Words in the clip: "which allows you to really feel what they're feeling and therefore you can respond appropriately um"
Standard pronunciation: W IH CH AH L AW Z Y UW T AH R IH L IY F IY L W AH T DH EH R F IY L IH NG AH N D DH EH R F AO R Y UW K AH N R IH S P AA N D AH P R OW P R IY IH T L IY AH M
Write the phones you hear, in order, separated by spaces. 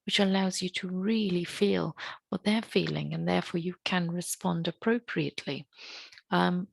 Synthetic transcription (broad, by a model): W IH CH AH L AW Z Y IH T AH R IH L IY F IY L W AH DH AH R F IY L IH NG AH N DH EH R F AO R Y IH K AH N R IH S P AA N D AH P R OW P R IY IH T L IY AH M